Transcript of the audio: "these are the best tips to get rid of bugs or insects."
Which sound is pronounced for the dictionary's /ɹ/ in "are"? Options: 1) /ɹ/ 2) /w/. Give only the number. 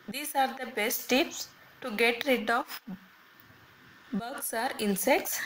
1